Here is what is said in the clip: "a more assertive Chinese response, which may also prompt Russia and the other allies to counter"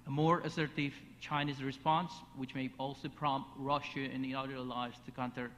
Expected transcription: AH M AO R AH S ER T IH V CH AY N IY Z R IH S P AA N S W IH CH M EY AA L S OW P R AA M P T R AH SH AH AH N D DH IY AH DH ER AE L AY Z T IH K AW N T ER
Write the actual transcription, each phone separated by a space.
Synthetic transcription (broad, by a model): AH M AO R AH S ER T IH V CH AY N IY Z R IH S P AA N S W IH CH M EY AA L S OW P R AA M P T R AH SH AH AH N DH IY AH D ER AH L AY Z T IH K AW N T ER